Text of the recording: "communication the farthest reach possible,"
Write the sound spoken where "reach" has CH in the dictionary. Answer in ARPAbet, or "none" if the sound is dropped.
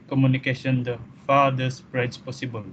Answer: S